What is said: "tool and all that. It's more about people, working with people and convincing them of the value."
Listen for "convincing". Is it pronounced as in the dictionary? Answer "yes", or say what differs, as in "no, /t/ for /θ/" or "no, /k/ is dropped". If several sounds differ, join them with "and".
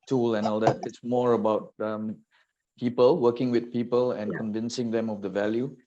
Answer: yes